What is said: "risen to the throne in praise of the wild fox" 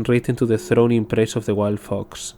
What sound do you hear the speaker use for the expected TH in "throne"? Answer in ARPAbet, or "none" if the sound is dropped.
TH